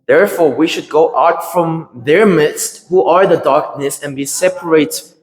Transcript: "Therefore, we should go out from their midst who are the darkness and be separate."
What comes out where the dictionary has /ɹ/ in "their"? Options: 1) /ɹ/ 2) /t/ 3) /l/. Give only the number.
1